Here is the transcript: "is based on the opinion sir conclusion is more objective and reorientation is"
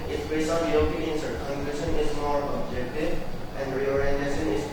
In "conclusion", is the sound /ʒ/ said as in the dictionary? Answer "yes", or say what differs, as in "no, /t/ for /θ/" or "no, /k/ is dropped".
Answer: no, /ʃ/ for /ʒ/